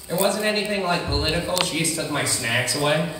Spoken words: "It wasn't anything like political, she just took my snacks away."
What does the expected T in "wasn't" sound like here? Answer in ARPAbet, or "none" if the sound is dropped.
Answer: T